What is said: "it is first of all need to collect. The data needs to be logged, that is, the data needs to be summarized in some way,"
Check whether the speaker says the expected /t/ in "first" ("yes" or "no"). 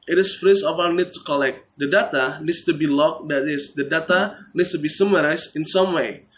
no